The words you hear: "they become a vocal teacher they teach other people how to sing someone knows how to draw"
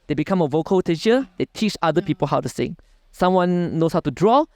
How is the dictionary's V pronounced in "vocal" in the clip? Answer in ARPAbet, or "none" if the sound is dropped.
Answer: V